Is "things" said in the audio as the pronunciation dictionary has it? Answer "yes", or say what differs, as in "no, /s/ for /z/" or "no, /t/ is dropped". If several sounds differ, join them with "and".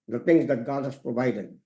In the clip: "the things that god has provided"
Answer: no, /t/ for /θ/